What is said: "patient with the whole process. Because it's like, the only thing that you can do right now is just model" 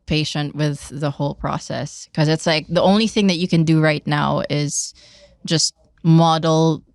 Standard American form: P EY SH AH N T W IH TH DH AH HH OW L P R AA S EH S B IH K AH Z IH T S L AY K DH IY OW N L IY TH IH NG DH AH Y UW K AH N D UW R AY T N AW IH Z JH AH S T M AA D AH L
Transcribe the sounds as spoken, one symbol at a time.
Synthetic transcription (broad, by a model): P EY SH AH N T W IH DH AH HH OW L P R AA S EH S K AH Z IH T S L AY K DH IY OW N L IY TH IH NG DH AH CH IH K AH N D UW R AY T N AW IH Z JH AH S T M AA D L